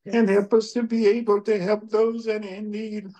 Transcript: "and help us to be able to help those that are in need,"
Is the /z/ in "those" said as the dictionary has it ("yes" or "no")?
yes